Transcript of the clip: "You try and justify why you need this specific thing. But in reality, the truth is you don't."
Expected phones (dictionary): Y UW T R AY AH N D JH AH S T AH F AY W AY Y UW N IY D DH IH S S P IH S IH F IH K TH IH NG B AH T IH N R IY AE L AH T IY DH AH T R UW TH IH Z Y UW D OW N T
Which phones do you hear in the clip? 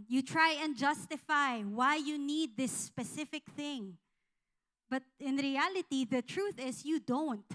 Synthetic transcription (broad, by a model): Y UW T R AY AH N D JH AH S T AH F AY W AY Y UW N IY D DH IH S S P IH S IH F IH K TH IH NG B AH T IH N R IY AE L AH T IY DH AH T R UW TH IH S Y UW D OW N T